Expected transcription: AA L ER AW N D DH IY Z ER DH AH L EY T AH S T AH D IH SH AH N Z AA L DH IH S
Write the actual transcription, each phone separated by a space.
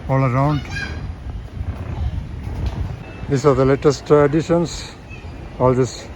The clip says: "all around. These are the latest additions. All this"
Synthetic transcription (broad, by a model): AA L ER AW N D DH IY S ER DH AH L EY T AH S T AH D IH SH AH N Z AA L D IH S